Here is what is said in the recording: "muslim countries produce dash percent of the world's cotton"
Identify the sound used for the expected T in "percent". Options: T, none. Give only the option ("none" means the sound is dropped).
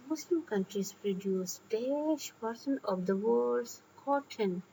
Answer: none